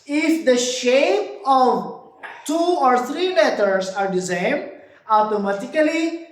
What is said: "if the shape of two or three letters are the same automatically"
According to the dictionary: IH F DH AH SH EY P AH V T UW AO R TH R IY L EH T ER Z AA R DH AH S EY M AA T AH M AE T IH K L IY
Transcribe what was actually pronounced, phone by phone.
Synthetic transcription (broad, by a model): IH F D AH SH EY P AH V T UW AO R T R IY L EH T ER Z AA R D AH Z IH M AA T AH M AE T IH K L IY